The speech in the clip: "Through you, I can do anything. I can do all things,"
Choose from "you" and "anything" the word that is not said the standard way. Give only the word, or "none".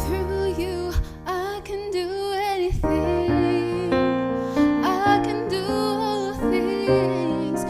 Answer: none